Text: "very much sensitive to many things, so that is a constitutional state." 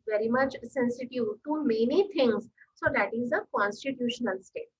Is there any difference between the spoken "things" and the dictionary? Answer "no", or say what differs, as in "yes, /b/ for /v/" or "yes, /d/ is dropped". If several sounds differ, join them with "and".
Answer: yes, /t/ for /θ/